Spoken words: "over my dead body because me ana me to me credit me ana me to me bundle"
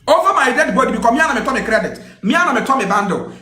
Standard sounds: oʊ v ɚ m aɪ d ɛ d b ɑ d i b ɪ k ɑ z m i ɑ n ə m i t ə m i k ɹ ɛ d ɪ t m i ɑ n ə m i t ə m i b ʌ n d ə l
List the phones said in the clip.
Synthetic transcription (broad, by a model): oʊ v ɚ m aɪ d ɛ d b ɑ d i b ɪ k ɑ m i ɑ n ə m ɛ t ə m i k ɹ ɛ d ɪ t m i ɑ n ə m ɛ t ə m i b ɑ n d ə